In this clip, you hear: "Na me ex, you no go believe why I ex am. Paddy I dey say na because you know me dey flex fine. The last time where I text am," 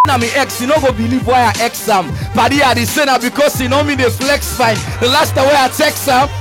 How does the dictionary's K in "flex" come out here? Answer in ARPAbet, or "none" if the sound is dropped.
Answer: K